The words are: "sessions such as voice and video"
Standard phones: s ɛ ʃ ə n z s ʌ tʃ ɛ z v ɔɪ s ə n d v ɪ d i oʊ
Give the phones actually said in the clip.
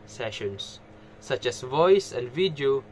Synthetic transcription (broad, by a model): s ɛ ʃ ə n s ʌ tʃ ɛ s v ɔɪ s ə n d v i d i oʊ